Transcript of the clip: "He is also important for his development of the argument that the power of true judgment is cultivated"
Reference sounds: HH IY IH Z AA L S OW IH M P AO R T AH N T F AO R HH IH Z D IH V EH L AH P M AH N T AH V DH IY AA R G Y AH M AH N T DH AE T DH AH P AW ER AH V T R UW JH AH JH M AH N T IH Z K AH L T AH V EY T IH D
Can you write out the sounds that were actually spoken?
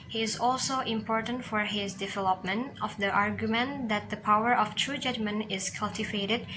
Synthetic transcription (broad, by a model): HH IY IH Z AA L S OW IH M P AO R T AH N T F AO R HH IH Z D IH V EH L AH P M AH N T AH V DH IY AA R G Y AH M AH N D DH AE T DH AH P AW ER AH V T R UW JH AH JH M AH N IH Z K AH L T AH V EY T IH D